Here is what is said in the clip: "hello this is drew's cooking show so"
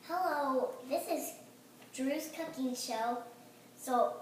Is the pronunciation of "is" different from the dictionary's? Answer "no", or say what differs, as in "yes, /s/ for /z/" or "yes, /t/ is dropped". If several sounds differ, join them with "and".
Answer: no